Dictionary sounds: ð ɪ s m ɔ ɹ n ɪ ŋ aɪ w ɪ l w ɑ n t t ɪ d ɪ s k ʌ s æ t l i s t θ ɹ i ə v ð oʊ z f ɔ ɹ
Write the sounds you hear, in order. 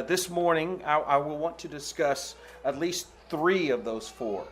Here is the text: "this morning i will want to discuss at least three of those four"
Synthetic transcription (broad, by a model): ð ɪ s m ɔ ɹ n ɪ ŋ aɪ w ɪ l w ɑ n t t ɪ d ɪ s k ʌ s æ t l i s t θ ɹ i ə v ð oʊ z f ɔ ɹ